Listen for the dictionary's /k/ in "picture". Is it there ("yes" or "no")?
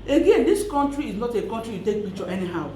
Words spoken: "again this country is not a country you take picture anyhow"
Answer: no